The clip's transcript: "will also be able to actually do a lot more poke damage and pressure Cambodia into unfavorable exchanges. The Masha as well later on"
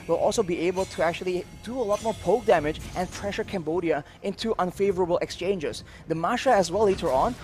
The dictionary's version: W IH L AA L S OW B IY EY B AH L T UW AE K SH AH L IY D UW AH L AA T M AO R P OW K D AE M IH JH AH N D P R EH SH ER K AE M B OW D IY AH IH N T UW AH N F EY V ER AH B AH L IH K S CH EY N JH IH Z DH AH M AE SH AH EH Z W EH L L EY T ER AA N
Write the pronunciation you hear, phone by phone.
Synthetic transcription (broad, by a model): W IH L AA L S OW B IY EY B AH L T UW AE K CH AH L IY D UW AH L AA T M AO R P OW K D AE M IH JH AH N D P R EH SH ER K AE M B OW D IY AH IH N T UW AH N F EY V ER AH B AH L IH K S CH EY N JH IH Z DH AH M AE SH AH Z W EH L L EY T ER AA N